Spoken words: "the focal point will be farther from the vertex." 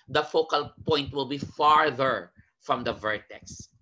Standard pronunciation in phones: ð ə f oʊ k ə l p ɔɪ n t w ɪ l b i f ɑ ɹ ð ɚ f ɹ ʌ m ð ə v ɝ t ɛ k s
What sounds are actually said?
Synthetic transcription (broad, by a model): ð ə f oʊ k ə l p ɔɪ n t w ɪ l b i f ɑ ɹ ð ɚ f ɹ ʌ m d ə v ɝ t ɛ k s